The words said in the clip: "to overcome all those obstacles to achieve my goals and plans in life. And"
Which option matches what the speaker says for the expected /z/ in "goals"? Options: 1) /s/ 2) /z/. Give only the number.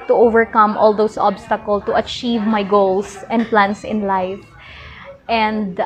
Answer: 1